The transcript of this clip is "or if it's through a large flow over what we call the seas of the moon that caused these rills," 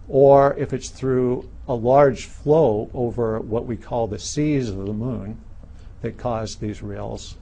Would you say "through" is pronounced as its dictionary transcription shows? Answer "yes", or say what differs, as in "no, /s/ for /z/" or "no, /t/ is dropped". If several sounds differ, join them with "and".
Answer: yes